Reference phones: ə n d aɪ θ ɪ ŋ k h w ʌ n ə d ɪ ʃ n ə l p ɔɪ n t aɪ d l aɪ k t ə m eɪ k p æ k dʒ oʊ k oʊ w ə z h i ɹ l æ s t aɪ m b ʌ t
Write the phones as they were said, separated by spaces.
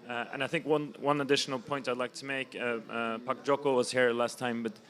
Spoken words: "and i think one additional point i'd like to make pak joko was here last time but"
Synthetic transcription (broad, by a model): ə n aɪ θ ɪ ŋ k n w ʌ n ə d ɪ ʃ n ə l p ɔɪ n t aɪ d l aɪ k t ə m eɪ k p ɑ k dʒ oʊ k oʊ w ə z h i ɹ l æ s t aɪ m b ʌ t